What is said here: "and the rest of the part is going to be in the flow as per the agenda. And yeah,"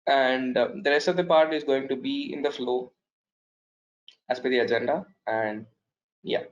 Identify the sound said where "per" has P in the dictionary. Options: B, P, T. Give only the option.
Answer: B